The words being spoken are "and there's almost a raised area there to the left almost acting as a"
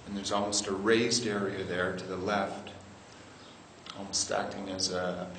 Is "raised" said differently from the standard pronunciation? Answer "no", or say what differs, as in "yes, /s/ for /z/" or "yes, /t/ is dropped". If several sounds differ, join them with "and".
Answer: no